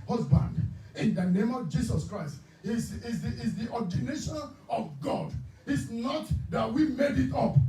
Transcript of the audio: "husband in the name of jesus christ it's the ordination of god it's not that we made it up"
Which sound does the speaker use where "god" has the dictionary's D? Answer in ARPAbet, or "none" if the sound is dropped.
D